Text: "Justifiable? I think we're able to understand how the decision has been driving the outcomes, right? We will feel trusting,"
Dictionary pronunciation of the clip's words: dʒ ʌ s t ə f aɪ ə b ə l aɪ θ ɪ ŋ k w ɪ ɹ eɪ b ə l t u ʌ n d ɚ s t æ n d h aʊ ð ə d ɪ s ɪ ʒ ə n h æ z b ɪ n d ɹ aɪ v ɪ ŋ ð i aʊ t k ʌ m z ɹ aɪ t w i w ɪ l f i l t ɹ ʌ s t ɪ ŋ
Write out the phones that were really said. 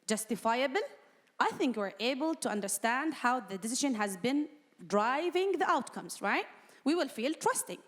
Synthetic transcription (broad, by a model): dʒ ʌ s t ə f aɪ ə b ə l aɪ θ ɪ ŋ k w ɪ ɹ eɪ b ə l t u ʌ n d ɚ s t æ n d h aʊ ð ə d ɪ s ɪ ʒ ə n h æ z b ɪ n d ɹ aɪ v ɪ ŋ ð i aʊ t k ʌ m z ɹ aɪ t w i w ɪ l f i l t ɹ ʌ s t ɪ ŋ